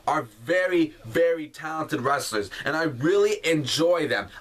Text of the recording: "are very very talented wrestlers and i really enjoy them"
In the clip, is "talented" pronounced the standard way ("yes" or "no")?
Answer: yes